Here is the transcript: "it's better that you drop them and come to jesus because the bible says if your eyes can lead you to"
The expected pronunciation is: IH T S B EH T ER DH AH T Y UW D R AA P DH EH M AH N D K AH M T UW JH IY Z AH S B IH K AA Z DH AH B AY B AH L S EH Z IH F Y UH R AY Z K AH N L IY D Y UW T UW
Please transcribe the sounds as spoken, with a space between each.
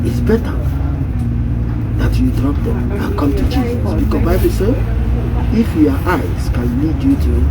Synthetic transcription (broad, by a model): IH T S B EH T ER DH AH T Y UW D R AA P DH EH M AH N K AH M T UW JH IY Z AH B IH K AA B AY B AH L S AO IH F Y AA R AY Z K AH N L IY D Y UW T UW